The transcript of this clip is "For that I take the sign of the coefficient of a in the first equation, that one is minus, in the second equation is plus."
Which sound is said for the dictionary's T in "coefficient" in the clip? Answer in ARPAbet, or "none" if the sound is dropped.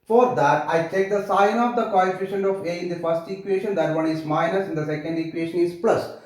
none